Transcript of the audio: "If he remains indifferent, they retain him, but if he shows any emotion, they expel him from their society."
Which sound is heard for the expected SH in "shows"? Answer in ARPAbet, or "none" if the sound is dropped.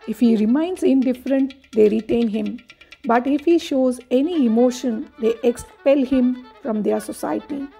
SH